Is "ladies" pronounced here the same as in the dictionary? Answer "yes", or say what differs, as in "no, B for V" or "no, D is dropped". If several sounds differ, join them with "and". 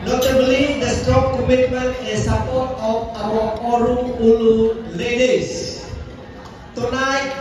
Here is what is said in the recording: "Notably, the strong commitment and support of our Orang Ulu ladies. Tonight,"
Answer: no, S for Z